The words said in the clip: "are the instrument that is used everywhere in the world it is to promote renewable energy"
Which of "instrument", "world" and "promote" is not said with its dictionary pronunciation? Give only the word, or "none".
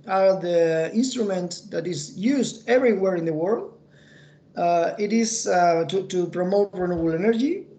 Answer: none